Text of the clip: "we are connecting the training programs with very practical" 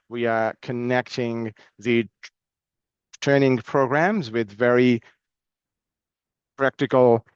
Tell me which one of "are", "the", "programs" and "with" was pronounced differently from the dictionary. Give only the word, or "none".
none